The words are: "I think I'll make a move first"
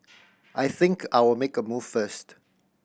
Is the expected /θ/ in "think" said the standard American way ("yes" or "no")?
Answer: yes